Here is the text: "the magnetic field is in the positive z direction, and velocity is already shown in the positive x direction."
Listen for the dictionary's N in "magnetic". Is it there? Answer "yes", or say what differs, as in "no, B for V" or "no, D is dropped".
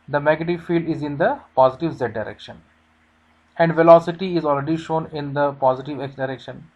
no, N is dropped